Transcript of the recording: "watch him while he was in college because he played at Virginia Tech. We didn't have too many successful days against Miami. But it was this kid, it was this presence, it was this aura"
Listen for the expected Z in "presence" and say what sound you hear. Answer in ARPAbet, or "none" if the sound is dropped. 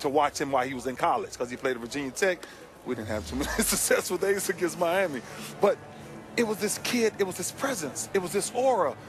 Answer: Z